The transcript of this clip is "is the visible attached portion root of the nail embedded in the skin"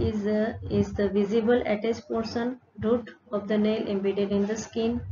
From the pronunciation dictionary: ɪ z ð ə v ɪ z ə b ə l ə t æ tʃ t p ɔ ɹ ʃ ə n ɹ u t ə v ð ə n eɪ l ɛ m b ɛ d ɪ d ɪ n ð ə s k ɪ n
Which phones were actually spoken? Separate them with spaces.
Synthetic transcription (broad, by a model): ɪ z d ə v ɪ z ə b ə l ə t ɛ s t p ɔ ɹ s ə n ɹ u t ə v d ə n eɪ l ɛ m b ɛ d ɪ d ɪ n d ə s k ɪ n